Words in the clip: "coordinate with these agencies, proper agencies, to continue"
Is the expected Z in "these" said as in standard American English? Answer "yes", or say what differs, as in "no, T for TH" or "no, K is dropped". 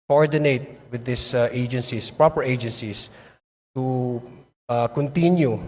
no, S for Z